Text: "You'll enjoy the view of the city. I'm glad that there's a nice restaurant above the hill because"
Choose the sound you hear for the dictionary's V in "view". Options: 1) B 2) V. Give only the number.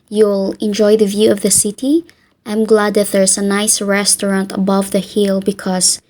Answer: 2